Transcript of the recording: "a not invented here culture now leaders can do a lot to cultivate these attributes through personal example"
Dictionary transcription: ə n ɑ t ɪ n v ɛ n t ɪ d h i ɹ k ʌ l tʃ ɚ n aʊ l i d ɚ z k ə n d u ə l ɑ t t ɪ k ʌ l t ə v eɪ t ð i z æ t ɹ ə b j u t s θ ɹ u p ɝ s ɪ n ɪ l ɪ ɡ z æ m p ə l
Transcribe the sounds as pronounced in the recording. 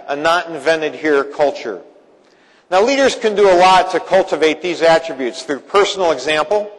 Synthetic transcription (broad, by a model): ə n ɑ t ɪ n v ɛ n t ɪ d h i ɹ k ʌ l tʃ ɚ n aʊ l i d ɚ z k ə n d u ə l ɑ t t ɪ k ʌ l t ə v eɪ t ð i z æ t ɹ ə b j u t s θ ɹ u p ɝ s n l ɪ ɡ z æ m p l